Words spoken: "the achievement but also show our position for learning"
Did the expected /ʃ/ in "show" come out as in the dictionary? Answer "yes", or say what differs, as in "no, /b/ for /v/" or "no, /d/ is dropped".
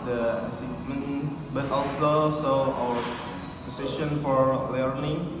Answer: no, /s/ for /ʃ/